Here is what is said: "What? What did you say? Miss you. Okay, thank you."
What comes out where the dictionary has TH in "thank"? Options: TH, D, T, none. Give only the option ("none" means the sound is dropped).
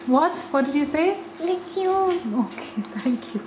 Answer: T